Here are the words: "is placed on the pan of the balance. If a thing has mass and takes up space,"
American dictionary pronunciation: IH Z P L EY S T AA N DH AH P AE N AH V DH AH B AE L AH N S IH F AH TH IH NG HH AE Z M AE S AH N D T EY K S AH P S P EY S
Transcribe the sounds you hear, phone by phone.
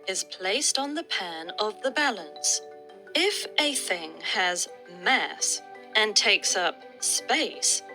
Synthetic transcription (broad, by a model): IH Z P L EY S T N DH AH P AE N AH V DH AH B AE L AH N S IH F AH TH IH NG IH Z M AE S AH N T EY K S AH P S P EY S